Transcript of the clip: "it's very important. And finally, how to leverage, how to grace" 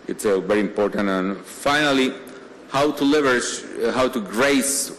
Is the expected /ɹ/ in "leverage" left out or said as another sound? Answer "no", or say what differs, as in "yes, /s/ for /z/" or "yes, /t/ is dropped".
yes, /ɹ/ is dropped